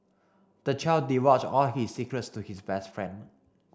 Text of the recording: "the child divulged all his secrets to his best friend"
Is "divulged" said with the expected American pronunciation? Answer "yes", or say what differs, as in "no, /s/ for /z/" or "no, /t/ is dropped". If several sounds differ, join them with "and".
no, /w/ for /v/